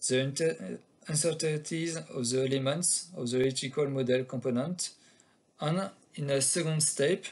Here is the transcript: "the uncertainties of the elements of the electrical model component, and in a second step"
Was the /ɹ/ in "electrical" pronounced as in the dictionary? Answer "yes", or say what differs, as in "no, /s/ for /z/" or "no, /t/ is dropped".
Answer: no, /ɹ/ is dropped